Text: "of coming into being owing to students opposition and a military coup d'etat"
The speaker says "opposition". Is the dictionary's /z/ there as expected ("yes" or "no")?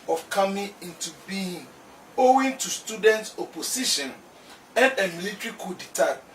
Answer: no